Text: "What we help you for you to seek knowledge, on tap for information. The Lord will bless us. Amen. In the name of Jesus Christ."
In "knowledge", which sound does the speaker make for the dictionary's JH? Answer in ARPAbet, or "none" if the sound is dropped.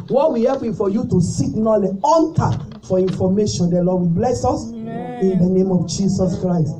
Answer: none